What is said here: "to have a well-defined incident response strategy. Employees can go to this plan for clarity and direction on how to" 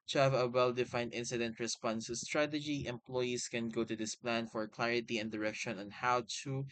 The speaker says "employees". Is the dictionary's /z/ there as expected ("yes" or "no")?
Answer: no